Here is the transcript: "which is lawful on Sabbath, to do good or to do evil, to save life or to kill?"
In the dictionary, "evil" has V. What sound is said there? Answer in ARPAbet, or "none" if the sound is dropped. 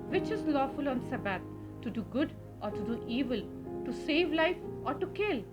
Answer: V